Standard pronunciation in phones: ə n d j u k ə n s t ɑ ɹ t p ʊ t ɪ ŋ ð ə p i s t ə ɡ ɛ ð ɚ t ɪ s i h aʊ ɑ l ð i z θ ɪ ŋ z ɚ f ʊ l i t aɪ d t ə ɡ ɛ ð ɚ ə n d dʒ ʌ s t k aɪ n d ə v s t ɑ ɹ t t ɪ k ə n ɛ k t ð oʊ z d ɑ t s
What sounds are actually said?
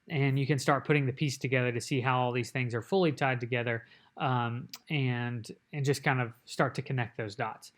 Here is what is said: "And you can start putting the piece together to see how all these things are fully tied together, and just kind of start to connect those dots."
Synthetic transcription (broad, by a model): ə n j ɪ k ə n s t ɑ ɹ t p ʊ t ɪ ŋ ð ə p i s t ə ɡ ɛ ð ɚ t ɪ s i h aʊ ɑ l ð i z θ ɪ ŋ z ɚ f ʊ l i t aɪ d t ə ɡ ɛ ð ɚ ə n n dʒ ʌ s k aɪ n d ə v s t ɑ ɹ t t ɪ k ə n ɛ k t ð oʊ z d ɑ t s